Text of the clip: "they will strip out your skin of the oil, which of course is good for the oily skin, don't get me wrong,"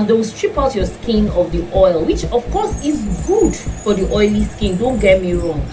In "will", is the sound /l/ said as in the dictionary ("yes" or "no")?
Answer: no